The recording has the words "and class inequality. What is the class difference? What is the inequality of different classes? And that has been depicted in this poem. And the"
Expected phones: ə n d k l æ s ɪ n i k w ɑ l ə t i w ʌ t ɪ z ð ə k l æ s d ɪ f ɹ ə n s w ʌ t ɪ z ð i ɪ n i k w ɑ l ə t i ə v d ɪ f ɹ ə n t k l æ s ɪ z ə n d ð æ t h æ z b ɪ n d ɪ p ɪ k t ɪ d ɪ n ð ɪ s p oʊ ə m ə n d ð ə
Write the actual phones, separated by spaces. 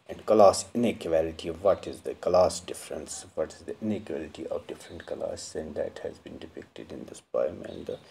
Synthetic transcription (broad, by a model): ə n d k l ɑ s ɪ n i k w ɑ l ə t i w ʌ t ɪ z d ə k l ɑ s d ɪ f ɹ ə n s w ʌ t ɪ z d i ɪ n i k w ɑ l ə t i ə v d ɪ f ɹ ə n t k ʌ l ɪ s ə n d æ t h æ z b ɪ n d ɪ p ɪ k t ɪ d ɪ n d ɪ s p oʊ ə m ə n d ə